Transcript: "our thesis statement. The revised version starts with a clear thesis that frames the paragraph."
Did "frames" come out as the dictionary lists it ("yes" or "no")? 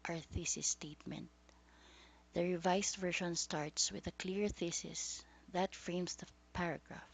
no